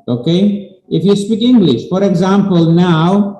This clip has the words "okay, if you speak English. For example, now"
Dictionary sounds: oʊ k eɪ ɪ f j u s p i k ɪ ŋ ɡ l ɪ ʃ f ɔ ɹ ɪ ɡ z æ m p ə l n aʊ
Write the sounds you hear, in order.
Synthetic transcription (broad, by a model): oʊ k eɪ ɪ f j u s p i k ɪ ŋ ɡ l ɪ ʃ f ɔ ɹ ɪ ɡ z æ m p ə l n aʊ